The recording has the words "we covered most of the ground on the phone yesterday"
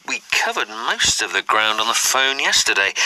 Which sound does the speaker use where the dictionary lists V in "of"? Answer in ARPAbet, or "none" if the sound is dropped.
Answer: V